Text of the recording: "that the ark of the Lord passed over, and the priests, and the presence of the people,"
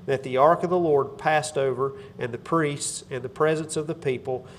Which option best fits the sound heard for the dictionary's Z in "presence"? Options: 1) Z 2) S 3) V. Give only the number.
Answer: 1